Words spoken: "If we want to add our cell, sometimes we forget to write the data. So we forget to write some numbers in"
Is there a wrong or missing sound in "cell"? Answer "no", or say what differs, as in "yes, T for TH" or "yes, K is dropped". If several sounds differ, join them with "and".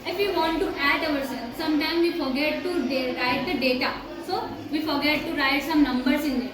yes, N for L